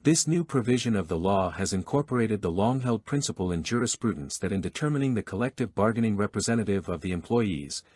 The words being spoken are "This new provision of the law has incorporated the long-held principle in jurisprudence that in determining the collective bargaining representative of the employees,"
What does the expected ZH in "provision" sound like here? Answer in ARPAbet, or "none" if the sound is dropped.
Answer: ZH